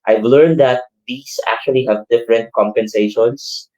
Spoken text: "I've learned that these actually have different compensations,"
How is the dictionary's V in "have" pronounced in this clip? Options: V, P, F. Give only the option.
V